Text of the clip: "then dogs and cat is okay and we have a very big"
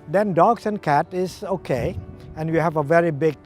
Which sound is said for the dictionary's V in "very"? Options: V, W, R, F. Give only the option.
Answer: V